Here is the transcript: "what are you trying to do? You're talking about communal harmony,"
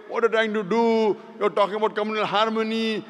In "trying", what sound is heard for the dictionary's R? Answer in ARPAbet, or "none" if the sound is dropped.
none